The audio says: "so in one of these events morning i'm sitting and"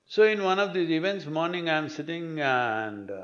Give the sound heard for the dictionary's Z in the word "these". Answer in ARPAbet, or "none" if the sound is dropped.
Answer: none